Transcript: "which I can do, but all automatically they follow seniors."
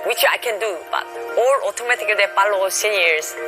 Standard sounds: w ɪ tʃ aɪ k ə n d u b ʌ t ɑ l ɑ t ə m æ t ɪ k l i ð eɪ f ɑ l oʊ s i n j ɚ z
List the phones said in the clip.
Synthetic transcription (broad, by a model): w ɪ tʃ aɪ k ə n d u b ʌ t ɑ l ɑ t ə m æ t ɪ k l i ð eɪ p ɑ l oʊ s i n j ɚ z